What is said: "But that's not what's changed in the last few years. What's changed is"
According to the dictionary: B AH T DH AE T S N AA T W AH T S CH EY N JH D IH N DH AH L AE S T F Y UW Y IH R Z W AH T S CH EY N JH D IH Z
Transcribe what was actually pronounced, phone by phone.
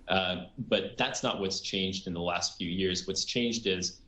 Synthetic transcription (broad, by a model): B AH T DH AE T S N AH T W AH T S CH EY N JH D IH N DH AH L AE S T F Y UW Y IH R Z W AH T S CH EY N JH D IH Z